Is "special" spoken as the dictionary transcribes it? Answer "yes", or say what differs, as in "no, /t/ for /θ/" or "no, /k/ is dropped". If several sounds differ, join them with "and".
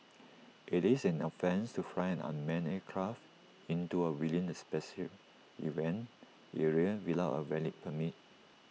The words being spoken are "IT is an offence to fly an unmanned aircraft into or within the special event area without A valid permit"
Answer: no, /s/ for /ʃ/